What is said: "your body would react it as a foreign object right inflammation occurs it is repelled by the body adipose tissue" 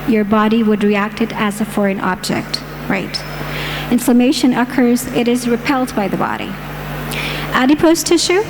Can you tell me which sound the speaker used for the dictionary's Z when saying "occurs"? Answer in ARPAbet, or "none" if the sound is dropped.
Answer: Z